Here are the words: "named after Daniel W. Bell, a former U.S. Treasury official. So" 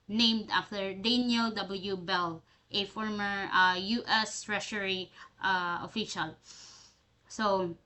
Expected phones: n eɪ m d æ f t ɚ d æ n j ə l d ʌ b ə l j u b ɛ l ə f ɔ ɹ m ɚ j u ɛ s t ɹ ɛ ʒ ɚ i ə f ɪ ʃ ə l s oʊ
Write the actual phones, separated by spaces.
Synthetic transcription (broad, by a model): n eɪ m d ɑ f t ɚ d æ n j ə l d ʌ b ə l j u b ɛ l ə f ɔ ɹ m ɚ j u ɛ s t ɹ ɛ ʃ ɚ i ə f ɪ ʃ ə l s oʊ